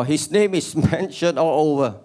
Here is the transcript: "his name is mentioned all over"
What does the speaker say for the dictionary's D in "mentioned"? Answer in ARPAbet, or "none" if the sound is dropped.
none